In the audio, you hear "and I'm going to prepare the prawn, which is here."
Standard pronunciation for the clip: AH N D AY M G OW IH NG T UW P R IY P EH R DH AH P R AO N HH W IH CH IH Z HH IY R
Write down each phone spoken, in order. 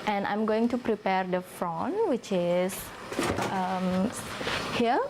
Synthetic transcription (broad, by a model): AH N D AY M G OW IH NG T UW P R IY P EH R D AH F R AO N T W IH CH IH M HH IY